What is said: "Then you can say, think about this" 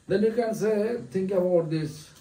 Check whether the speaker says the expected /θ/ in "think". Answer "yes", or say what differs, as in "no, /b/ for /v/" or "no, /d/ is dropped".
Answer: no, /t/ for /θ/